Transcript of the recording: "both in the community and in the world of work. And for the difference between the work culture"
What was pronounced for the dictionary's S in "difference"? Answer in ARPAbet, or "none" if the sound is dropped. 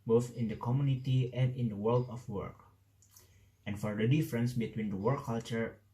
S